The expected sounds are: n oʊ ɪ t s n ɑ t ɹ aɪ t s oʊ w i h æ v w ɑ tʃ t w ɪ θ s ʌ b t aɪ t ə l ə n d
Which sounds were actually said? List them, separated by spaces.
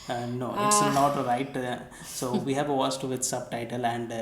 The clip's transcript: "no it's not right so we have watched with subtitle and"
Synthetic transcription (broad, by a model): n oʊ ɪ t s n ɑ t ɹ aɪ t s oʊ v i h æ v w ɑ s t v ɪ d s ʌ b t aɪ t ə l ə n d